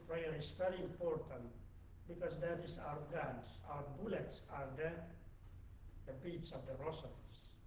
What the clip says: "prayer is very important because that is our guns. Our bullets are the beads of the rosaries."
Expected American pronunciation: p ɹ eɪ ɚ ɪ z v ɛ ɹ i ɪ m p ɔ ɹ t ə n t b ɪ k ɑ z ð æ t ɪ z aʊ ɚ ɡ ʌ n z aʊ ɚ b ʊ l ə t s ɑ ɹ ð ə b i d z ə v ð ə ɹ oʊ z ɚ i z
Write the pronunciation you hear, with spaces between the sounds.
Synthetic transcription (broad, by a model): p ɹ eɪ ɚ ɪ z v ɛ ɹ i ɪ m p ɔ ɹ t ə n t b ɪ k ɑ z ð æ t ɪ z aʊ ɚ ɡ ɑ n s aʊ ɚ b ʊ l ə t s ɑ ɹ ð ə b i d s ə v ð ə ɹ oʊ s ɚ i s